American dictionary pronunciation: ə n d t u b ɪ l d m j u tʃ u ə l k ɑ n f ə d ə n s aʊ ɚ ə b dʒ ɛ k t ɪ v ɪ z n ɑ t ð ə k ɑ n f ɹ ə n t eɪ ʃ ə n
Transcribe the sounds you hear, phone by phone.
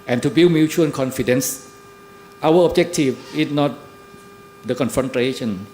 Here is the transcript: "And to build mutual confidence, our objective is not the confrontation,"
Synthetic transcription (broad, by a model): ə n t u b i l m j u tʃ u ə n k ɑ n f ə d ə n s aʊ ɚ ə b dʒ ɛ k t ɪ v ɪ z n ɑ t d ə k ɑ n f ɹ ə n t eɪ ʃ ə n